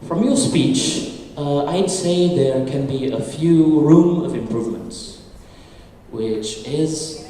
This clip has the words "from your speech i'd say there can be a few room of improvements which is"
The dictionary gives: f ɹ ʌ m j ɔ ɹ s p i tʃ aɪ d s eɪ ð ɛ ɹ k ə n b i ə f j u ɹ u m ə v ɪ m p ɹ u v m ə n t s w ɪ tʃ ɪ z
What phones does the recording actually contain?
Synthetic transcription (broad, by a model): f ɹ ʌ m j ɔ s p i tʃ aɪ d s eɪ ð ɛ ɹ k ə n b i ə f j u ɹ u m ə v ɪ m p ɹ u v m ə n t s w ɪ tʃ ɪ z